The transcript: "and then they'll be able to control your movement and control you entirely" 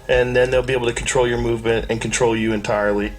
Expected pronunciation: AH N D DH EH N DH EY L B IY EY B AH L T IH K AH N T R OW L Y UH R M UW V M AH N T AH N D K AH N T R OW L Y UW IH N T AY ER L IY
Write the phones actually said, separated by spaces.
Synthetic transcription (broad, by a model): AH N DH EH N DH EY L B IY EY B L T IH K N T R OW L Y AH R M UW V M AH N T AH N K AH N T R OW L Y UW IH N T AY ER L IY